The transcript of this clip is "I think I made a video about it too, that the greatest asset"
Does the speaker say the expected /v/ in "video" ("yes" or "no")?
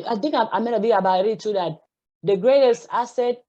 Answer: no